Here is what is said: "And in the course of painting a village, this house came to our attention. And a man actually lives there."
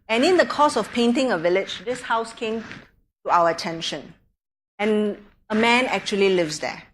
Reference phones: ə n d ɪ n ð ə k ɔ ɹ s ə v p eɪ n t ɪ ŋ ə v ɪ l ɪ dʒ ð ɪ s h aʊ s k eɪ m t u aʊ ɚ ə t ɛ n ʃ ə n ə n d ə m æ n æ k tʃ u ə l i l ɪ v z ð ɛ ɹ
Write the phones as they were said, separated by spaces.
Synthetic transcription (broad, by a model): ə n ɪ n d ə k ɔ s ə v p eɪ n t ɪ ŋ ə v ɪ l ɪ dʒ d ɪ s h aʊ s k eɪ m t u aʊ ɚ ə t ɛ n ʃ ə n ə n ə m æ n æ k tʃ u ə l i l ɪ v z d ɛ